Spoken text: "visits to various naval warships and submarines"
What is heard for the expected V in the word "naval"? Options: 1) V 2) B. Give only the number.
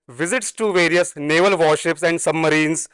1